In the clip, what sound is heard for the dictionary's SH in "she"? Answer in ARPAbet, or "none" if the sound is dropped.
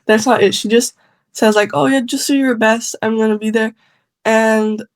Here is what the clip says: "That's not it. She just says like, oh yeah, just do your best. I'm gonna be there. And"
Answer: SH